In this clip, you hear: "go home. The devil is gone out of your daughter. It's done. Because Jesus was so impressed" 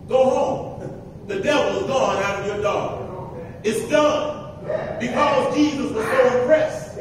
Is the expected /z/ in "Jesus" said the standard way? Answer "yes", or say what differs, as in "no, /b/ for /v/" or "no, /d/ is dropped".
yes